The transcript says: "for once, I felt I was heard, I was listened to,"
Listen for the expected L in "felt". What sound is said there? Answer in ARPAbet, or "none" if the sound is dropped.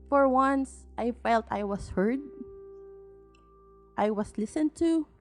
L